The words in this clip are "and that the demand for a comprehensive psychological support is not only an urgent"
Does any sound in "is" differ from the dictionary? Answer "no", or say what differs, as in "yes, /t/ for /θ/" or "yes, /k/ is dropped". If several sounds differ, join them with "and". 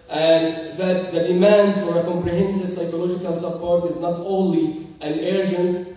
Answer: no